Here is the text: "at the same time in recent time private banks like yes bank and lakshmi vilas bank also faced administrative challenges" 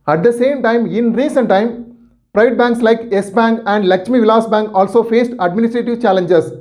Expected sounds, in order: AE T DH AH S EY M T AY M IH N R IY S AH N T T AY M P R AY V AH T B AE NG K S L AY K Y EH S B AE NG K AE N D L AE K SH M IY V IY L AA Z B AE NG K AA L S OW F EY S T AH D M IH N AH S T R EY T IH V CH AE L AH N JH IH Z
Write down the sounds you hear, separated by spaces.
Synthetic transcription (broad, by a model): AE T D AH S EY M T AY M IH N R IY S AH N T T AY M P R AY V AH T B AE NG K S L AY K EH S B AE NG K AE N D L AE K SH M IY V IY L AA S B AE NG K AA L S OW F EY S T AH D M IH N AH S T R EY T IH V CH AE L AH N JH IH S